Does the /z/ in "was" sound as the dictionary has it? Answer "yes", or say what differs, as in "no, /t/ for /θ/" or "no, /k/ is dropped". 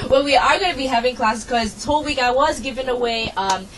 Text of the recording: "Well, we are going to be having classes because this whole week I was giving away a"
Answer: yes